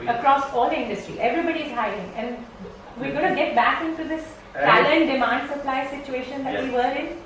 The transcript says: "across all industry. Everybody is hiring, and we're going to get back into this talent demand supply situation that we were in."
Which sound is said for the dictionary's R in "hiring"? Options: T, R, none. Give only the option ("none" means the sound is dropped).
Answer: none